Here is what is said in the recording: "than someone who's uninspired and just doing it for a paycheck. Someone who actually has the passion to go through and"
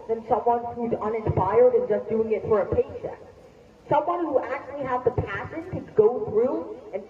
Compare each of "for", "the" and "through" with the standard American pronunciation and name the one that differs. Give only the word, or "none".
none